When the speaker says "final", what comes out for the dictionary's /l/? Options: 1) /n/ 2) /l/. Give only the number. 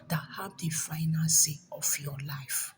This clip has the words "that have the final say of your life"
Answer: 1